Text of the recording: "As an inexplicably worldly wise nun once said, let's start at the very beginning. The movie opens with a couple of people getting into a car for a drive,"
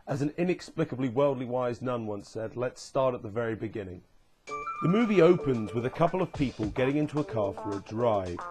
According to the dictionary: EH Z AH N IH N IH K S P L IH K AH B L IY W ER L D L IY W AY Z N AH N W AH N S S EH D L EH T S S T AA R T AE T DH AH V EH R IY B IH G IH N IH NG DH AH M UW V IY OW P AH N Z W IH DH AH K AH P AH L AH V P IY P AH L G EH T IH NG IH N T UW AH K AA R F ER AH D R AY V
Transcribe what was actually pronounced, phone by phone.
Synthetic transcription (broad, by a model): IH Z N IH N IH K S P L IH K AH B L IY W ER L D L IY W AY Z N AH N W AH N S S EH D L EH T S S T AA R T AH T DH AH V EH R IY B IH G IH N IH NG DH AH M UW V IY OW P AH N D W IH DH AH K AH P L AH V P IY P AH L G EH T IH NG IH N T UW AH K AA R F ER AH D R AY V